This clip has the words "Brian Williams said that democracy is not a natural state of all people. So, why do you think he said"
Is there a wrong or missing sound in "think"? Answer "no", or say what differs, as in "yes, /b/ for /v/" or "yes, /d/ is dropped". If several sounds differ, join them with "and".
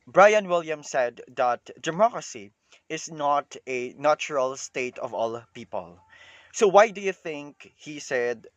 no